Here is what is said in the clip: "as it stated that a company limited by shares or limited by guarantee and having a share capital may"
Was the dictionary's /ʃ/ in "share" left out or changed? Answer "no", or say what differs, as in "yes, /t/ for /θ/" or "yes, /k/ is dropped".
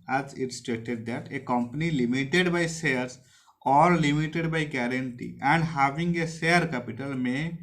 yes, /s/ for /ʃ/